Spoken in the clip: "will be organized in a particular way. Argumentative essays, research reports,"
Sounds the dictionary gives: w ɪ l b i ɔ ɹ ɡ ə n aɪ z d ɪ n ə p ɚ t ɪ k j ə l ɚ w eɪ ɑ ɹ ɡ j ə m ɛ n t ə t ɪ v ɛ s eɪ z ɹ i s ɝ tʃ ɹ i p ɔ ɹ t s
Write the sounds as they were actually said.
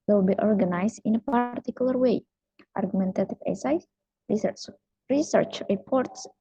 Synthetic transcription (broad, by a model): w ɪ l b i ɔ ɹ ɡ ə n aɪ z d ɪ n ə p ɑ t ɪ k j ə l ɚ w eɪ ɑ ɹ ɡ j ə m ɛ n t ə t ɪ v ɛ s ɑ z ɹ i s ɝ tʃ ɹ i p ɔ ɹ t s